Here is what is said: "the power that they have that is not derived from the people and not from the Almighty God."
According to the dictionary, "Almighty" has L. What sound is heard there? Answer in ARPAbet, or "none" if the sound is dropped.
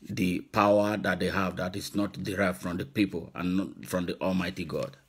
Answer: L